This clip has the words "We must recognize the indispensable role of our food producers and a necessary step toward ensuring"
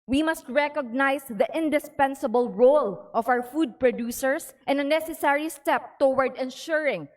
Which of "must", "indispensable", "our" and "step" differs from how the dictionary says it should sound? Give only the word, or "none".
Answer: our